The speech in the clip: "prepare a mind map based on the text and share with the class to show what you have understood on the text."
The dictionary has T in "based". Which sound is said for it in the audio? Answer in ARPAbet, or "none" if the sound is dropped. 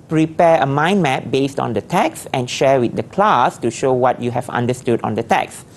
T